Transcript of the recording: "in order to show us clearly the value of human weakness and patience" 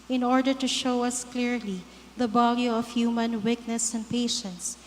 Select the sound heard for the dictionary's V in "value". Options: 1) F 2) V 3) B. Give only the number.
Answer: 3